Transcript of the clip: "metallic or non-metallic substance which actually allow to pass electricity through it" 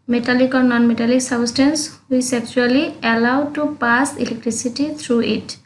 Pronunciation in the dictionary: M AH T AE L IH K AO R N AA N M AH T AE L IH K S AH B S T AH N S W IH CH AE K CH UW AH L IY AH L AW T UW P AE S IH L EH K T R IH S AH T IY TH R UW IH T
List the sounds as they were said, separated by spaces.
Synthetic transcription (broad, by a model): M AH T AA L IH K AO R N AA N M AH T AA L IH K S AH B S T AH N S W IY S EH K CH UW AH L IY AH L AW T UW P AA S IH L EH K T R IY S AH T IY T R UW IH T